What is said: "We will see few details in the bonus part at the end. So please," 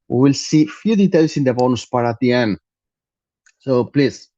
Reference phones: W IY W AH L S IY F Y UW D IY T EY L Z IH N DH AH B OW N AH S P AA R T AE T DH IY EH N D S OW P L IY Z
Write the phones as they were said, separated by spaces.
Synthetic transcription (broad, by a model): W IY W AH L S IY F Y UW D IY T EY L S IH N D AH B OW N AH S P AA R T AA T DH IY EH N D S OW P L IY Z